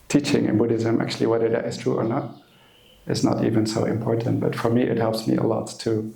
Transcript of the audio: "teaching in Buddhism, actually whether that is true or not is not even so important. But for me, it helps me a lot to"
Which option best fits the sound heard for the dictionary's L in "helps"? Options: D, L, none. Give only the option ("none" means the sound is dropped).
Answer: L